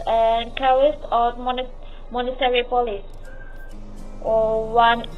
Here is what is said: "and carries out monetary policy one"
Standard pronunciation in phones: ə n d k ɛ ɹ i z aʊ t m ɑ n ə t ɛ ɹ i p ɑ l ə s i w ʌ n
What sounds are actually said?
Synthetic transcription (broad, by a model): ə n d k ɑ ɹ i s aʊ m m ɑ n ə t ɛ ɹ i p ɑ l ə s i w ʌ n